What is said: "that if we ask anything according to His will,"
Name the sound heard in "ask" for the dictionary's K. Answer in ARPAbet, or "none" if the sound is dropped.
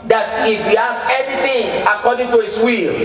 none